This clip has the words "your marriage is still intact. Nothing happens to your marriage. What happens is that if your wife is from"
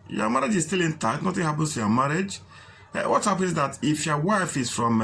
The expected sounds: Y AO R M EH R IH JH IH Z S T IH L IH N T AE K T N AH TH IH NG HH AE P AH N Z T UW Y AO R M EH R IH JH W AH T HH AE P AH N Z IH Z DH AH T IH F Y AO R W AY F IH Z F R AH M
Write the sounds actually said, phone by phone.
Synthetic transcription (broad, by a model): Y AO M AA R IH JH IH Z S T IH L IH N T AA T N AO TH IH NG HH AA P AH N S T UW Y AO M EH R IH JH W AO T HH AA P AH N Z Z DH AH T IH F Y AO W AY F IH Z F R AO M